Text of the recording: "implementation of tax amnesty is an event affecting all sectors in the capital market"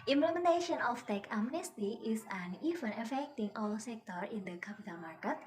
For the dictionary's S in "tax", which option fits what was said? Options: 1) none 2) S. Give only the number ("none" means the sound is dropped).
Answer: 1